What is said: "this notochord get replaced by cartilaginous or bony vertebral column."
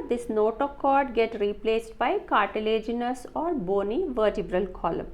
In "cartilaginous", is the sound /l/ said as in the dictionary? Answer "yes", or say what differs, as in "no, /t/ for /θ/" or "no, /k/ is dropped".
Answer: yes